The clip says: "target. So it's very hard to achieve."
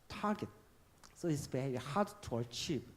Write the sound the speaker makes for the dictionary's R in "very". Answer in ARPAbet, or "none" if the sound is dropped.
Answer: none